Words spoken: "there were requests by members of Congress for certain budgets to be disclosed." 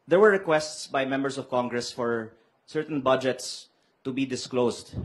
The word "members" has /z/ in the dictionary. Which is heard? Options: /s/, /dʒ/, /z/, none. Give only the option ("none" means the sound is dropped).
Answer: /s/